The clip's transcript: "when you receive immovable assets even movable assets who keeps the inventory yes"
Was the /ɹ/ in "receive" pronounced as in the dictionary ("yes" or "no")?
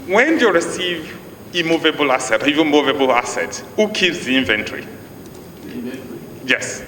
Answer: yes